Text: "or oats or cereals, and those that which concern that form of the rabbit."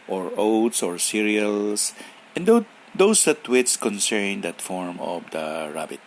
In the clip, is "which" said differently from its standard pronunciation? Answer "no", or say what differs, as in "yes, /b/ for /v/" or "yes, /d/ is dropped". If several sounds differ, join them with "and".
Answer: yes, /s/ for /tʃ/